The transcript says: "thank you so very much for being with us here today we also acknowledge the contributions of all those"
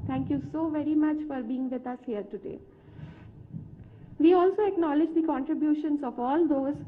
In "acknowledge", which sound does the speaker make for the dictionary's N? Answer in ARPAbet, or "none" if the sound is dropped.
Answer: N